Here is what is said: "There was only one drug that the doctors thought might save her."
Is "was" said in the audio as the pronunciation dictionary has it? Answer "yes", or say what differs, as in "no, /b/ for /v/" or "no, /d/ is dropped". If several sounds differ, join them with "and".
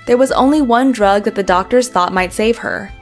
yes